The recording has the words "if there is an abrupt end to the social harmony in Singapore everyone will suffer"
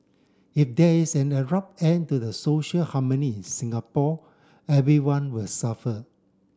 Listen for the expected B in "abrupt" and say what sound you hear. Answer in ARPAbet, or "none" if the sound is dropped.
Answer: none